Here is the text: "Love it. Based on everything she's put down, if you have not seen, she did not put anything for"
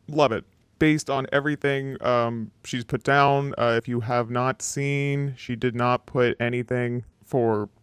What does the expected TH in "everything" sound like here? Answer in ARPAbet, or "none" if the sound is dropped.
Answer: TH